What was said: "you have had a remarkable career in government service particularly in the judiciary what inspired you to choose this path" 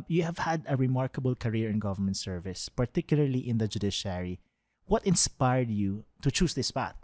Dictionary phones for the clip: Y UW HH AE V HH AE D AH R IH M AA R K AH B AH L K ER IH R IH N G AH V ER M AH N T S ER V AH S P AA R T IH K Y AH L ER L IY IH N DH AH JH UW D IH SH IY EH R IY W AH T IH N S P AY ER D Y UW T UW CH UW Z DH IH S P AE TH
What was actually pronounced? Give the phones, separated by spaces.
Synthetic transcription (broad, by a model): Y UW HH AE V HH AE D AH R IH M AA R K AH B AH L K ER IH R IH N G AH V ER M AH N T S ER V AH S P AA R T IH K Y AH L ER L IY IH N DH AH JH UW D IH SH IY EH R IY W AH T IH N S P AY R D Y UW T UW CH UW S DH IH S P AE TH